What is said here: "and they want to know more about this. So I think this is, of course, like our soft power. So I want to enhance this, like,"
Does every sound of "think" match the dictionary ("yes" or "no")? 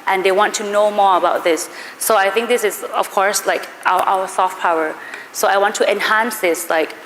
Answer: yes